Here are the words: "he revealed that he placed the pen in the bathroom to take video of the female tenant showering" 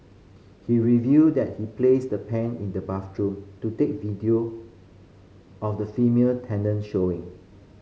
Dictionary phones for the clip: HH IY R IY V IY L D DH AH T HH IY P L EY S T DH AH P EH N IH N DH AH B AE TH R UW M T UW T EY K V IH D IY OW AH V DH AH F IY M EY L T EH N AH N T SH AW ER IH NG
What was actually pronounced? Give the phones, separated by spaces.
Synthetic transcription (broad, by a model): HH IY R IY V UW D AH T HH IY P L EY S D AH P EH N IH N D AH B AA F R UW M T UW T EY K V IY D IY OW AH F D AH F IY M EY L T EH N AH N SH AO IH NG